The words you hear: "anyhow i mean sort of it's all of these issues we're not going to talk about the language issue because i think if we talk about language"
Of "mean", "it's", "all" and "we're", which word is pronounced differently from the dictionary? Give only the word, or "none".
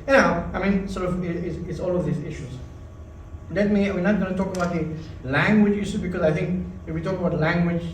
we're